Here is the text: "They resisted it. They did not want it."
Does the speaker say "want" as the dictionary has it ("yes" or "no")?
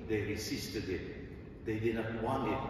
no